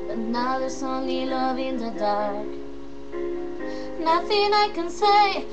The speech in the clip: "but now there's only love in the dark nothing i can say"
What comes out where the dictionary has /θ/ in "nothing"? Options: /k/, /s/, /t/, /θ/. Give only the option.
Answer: /θ/